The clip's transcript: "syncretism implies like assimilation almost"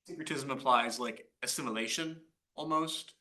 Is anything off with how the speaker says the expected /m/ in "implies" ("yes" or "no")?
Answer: yes